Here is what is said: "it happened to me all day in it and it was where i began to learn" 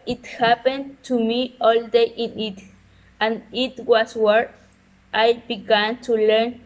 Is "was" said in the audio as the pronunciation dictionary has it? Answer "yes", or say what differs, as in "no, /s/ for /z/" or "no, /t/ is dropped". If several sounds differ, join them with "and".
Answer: no, /s/ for /z/